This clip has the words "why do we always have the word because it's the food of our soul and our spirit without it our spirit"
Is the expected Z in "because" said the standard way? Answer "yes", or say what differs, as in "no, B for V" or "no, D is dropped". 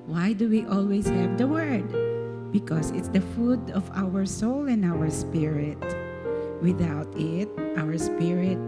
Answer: no, S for Z